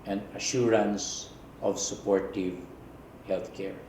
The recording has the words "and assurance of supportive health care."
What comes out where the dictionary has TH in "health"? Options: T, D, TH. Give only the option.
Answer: T